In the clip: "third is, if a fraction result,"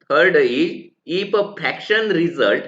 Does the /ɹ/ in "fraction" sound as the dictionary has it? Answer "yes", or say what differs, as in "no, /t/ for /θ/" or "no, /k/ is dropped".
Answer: no, /ɹ/ is dropped